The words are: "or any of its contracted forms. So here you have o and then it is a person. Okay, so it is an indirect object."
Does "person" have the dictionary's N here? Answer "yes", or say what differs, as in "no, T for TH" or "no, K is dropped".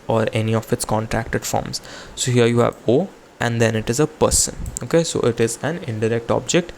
yes